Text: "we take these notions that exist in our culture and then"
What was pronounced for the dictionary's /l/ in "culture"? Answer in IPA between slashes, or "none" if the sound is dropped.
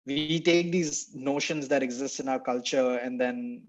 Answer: /l/